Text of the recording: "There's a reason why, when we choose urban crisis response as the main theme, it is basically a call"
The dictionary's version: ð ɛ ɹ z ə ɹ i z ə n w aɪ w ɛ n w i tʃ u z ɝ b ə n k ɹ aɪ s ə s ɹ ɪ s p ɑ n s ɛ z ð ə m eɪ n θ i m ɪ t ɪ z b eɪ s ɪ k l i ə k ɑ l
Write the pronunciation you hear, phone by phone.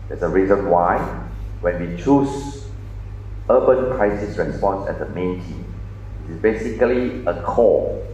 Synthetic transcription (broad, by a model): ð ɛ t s ə ɹ i z ə n w aɪ w ɛ n w i tʃ u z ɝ b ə n k ɹ aɪ s ə s ɹ ɪ s p ɑ n s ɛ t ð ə m eɪ n t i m ɪ t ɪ s b eɪ s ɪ k l i ə k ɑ